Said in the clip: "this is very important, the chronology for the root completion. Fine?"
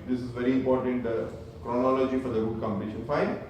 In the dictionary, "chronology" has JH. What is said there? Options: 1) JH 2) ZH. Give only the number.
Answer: 1